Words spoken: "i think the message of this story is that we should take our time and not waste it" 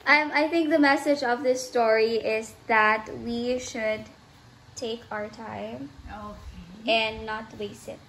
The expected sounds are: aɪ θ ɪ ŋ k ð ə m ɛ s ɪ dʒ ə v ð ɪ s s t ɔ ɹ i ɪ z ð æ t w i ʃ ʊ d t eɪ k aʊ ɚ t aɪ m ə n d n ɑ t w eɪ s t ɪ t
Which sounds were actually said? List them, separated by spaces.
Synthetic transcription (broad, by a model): aɪ θ ɪ ŋ k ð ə m ɛ s ɪ dʒ ə v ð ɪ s s t ɔ ɹ i ɪ z ð æ t w i ʃ ʊ d t eɪ k aʊ ɚ t aɪ m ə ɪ n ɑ t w eɪ s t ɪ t